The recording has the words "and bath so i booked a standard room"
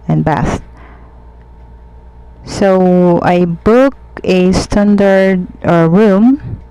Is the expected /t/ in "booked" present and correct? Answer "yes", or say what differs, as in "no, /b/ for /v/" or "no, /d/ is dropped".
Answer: no, /t/ is dropped